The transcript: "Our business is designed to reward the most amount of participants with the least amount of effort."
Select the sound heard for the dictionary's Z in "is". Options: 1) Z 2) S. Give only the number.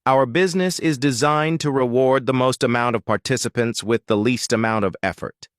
1